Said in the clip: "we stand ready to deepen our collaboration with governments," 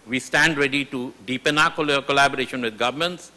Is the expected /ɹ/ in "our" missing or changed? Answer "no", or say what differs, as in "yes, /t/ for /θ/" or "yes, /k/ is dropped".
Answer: yes, /l/ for /ɹ/